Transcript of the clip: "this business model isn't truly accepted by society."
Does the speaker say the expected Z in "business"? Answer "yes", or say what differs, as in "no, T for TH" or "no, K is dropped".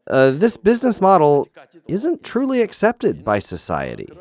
yes